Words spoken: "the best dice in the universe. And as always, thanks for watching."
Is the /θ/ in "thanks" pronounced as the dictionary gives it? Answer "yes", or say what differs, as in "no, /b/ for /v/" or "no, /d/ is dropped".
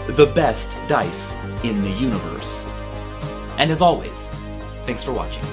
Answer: yes